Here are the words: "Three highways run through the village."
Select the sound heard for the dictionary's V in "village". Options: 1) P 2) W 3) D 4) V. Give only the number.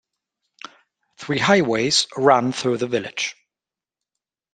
4